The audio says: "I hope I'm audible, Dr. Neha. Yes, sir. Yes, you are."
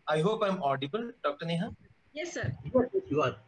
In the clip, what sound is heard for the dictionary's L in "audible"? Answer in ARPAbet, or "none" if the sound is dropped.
L